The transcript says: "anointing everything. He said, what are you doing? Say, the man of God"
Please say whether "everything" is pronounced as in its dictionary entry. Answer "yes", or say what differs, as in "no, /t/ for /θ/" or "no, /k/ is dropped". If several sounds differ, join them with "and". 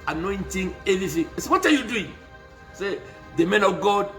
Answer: no, /ɹ/ is dropped